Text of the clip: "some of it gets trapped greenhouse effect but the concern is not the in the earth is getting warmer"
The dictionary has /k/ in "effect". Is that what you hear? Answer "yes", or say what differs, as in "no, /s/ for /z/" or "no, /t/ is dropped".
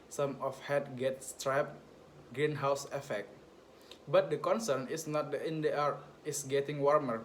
yes